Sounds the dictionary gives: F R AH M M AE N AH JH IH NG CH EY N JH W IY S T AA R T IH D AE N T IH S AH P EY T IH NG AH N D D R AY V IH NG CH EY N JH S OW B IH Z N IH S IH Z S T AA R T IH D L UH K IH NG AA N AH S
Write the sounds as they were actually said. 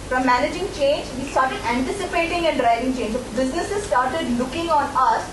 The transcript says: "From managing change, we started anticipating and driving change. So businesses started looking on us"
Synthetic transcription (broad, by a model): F R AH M M AE N AH JH IH NG CH EY N JH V IY S T AA R T IH D AE N T IH S AH P EY T IH NG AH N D D R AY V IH NG CH EY N JH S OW B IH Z N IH S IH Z S T AA R T IH D L UH K IH NG AA N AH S